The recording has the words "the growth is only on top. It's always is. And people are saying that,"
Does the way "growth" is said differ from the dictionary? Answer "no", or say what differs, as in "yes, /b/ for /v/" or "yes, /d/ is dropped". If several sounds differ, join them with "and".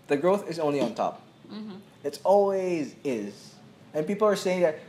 no